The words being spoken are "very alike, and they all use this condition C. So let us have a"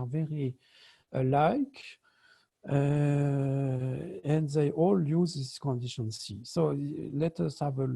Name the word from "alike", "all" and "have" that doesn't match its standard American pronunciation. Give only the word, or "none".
none